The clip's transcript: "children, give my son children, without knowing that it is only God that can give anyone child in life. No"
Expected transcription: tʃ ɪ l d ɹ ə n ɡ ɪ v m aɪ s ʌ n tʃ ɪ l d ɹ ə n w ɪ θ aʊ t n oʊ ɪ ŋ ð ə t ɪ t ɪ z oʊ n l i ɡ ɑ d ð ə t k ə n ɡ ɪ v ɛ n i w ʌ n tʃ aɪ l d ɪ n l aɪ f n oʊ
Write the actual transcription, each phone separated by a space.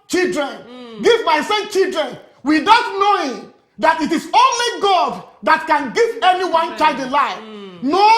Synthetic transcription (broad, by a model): tʃ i l d ɹ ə n ɡ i v m aɪ s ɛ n tʃ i l d ɹ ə n w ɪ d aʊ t n oʊ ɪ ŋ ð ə t ɪ t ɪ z oʊ n l i ɡ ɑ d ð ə t k ə n ɡ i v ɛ n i w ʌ n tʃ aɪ d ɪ l aɪ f n oʊ